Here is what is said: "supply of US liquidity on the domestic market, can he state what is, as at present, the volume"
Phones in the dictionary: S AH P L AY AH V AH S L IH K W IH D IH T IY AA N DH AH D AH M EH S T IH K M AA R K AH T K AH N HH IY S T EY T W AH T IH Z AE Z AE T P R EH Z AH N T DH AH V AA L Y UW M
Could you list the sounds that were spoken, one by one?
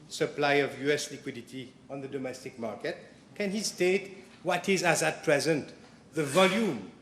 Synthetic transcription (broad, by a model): S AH P L AY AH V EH S L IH K W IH D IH T IY AA N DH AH D AH M EH S T IH K M AA R K AH T K AH N HH IY S T EY T W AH T IH Z AE Z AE T P R EH Z AH N T DH AH V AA L Y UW M